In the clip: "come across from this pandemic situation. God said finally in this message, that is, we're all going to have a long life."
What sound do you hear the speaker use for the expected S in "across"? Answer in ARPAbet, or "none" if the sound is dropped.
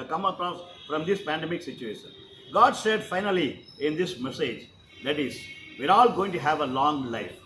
none